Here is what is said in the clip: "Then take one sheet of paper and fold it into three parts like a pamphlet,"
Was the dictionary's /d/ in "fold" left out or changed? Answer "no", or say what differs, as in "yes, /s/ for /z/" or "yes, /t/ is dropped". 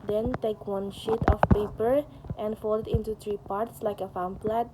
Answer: yes, /d/ is dropped